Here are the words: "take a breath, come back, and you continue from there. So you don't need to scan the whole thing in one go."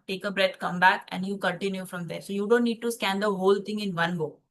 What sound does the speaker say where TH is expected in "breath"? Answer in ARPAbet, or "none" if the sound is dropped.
T